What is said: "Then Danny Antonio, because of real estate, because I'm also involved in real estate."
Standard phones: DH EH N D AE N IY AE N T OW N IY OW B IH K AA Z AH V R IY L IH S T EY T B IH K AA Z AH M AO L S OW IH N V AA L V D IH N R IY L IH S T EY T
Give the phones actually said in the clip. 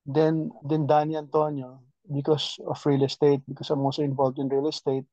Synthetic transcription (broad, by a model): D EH N D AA N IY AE N T OW N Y OW B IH K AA S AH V R IY L IH S T EY T B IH K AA S AH M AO S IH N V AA L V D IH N R IY L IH S T EY T